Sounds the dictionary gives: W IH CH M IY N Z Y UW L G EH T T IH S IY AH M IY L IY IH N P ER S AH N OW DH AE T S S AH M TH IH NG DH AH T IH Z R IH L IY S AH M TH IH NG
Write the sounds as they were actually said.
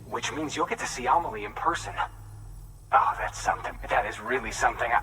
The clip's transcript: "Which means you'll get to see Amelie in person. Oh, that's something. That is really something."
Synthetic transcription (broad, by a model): W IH CH M IY N Z Y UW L G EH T T IH S IY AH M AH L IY IH N P ER S AH N OW DH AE T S S AH M TH IH NG DH AH T IH Z R IH L IY S AH M TH IH NG